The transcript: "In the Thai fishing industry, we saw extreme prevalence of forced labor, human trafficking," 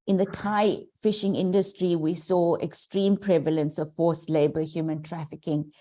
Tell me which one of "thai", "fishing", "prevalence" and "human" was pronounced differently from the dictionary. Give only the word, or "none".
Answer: none